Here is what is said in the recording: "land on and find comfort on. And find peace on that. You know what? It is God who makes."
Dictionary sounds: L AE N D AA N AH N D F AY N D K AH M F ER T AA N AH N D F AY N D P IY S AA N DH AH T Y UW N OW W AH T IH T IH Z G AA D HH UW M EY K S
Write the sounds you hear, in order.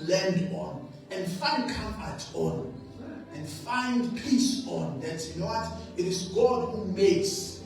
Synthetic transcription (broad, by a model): L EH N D AA N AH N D F AY N D K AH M ER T AA N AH N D F AY N D P IY S AA N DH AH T Y UW N OW W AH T IH T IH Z G AA D HH UW M EY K S